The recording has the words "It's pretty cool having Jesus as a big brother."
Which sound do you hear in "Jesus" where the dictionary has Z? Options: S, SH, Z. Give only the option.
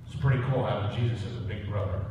Z